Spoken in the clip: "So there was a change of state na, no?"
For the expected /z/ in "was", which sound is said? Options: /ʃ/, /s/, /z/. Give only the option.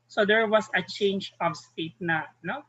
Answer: /s/